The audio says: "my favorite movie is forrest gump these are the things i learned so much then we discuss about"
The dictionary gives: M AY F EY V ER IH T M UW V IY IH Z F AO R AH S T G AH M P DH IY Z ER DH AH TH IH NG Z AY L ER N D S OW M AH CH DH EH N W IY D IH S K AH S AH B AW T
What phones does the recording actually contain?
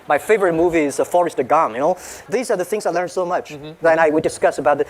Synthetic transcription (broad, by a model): M AY F EY V ER IH T M UW V IY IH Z F AO R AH S T G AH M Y DH IY Z ER DH AH TH IH NG Z AY L ER N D S OW M AH CH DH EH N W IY D IH S K AH S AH B AW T